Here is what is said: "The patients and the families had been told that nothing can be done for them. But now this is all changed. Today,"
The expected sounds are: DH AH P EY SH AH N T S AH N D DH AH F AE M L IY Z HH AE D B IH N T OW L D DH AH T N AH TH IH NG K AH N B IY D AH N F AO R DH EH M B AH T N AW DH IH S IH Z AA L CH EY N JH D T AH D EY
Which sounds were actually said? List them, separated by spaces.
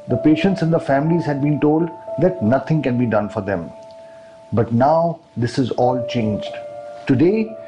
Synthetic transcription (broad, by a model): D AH P EY SH AH N T S AH N D AH F AE M L IY Z HH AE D B IH N T OW L D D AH T N AH T IH NG K AH N B IY D AH N F AO R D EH M B AH T N AW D IH S IH Z AA L CH EY N JH D T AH D EY